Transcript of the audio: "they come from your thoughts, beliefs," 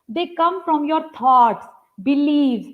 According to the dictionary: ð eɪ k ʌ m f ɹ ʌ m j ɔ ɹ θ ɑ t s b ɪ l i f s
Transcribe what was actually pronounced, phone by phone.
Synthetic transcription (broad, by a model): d eɪ k ʌ m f ɹ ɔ m j ɔ ɹ t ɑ t s b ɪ l i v